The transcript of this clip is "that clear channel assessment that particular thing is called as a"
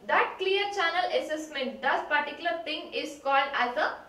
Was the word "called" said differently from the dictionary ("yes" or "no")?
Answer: no